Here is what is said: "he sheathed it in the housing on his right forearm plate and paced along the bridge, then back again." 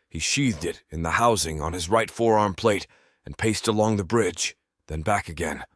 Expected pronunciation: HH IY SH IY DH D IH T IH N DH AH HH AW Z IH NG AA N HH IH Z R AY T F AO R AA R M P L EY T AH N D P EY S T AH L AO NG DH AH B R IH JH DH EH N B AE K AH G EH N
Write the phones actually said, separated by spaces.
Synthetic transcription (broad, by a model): HH IY SH IY DH D IH T IH N DH AH HH AW Z IH NG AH N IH Z R AY T F AO R AA R M P L EY T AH N P EY S T AH L AO NG DH AH B R IH JH DH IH N B AE K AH G EH N